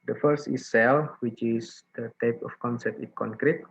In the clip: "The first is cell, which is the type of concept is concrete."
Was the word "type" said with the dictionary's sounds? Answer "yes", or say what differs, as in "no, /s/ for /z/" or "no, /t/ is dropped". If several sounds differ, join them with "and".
yes